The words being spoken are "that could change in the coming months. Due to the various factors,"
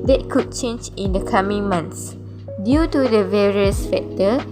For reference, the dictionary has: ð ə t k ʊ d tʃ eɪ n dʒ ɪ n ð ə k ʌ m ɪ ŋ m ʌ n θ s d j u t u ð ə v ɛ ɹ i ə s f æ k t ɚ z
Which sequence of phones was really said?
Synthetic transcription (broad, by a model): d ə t k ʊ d tʃ eɪ n dʒ ɪ n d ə k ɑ m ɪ ŋ m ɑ n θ s d j u t u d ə v ɛ ɹ i ə s f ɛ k t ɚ